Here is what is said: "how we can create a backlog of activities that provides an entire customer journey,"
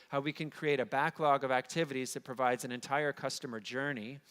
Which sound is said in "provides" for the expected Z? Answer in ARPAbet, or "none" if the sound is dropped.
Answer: Z